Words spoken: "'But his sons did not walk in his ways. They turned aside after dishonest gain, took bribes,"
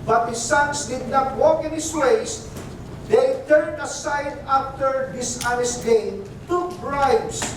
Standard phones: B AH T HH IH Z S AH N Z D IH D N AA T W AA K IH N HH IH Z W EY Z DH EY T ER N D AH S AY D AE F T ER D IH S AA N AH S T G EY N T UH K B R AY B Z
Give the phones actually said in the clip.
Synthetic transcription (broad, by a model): B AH T HH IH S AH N S D IH D N AA T W AA K IH N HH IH S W EY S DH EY T ER N D AH S AY D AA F T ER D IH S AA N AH S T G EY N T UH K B R AY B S